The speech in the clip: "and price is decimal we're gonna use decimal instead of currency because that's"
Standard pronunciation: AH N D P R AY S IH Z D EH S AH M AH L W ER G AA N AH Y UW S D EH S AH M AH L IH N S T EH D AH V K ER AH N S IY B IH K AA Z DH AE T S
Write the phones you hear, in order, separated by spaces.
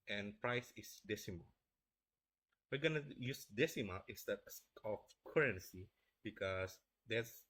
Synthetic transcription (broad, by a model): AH N P R AY S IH S D EH S AH M AH L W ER G AA N AH Y UW S D EH S AH M AH L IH S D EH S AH F K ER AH N S IY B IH K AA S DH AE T S